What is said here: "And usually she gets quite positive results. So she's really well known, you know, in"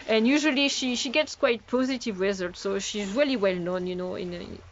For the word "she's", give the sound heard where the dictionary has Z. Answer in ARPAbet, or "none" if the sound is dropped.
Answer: Z